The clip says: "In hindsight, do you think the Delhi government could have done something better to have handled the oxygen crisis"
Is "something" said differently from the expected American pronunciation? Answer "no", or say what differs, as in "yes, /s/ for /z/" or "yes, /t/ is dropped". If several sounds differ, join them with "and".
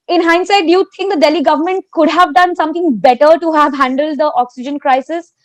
yes, /t/ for /θ/